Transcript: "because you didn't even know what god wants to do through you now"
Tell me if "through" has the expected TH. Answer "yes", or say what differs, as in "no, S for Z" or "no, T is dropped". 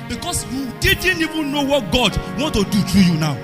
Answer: no, T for TH